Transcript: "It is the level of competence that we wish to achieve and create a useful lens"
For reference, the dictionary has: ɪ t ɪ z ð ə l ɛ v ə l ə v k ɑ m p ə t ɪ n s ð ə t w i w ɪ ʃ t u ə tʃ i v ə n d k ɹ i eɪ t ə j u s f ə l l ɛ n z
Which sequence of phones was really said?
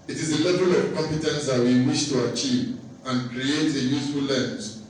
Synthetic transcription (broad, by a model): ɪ t ɪ z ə l ɛ v ə l ə v k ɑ m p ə t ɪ n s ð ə t w i w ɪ ʃ t u ə tʃ i v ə n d k ɹ i eɪ t ə j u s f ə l l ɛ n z